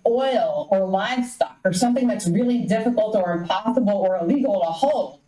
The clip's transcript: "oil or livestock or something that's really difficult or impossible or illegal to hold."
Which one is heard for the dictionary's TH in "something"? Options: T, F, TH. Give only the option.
TH